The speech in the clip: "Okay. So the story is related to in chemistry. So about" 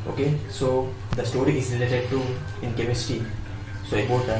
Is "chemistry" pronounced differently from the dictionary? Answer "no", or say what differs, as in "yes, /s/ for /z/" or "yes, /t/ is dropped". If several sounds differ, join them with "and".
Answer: yes, /ɹ/ is dropped